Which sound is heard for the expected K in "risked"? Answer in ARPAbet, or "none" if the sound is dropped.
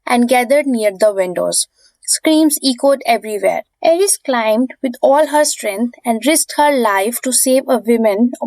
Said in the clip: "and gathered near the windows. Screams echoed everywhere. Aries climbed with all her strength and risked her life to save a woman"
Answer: none